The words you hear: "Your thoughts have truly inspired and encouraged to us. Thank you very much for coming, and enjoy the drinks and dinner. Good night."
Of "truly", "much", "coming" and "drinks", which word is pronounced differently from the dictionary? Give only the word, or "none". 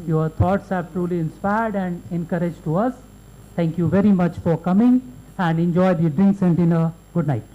none